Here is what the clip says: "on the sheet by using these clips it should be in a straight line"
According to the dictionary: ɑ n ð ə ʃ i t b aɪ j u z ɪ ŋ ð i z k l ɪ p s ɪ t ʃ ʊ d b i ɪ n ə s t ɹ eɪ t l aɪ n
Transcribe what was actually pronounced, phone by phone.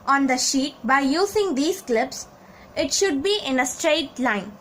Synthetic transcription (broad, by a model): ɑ n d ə ʃ i t b aɪ j u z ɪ ŋ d i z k l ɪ p s ɪ t ʃ ʊ d b i ɪ n ə s t ɹ eɪ t l aɪ n